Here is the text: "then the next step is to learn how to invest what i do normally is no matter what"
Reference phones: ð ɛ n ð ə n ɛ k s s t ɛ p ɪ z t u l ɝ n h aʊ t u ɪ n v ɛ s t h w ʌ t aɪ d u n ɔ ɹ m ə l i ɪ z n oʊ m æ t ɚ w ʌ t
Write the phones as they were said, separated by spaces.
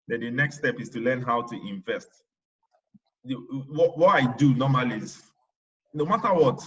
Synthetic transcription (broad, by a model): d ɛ n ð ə n ɛ k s s t ɛ p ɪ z t u l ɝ n h aʊ t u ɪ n v ɛ s t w w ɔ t aɪ d u n ɔ m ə l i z n oʊ m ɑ t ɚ w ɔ t